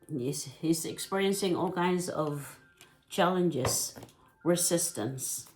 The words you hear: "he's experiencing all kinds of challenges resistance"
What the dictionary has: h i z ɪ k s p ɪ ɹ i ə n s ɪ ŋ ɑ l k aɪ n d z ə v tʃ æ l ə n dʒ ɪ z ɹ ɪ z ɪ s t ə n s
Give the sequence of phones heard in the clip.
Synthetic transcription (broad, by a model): h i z ɪ k s p ɪ ɹ i ə n s ɪ ŋ ɑ l k aɪ n d z ə v tʃ æ l ə n dʒ ɪ z ɹ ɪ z ɪ s t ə n s